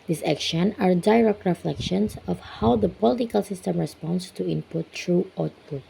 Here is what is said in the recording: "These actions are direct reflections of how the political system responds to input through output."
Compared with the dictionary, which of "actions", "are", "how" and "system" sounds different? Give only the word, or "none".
actions